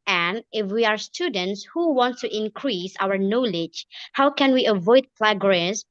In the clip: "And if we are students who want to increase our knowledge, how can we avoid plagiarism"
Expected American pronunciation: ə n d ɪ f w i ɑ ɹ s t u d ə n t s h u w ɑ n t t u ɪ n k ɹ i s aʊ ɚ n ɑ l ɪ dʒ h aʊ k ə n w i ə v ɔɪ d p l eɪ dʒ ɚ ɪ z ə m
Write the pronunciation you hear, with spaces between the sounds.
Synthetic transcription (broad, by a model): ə n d ɪ f w i ɑ ɹ s t u d ə n t s h u w ɑ n t t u ɪ n k ɹ i s aʊ ɚ n ɑ l ɪ dʒ h aʊ k ə n w i ə v ɔɪ d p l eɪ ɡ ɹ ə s